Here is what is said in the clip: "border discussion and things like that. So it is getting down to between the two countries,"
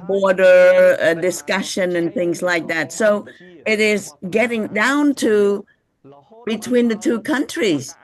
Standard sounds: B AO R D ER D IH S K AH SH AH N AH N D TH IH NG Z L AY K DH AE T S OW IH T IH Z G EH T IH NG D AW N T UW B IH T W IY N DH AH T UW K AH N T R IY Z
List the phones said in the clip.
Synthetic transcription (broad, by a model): B AO R D ER D IH S K AH SH AH N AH N TH IH NG Z L AY K DH AE T S OW IH T IH Z G EH T IH NG D AW N T UW B IH T W IY N DH AH T UW K AH N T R IY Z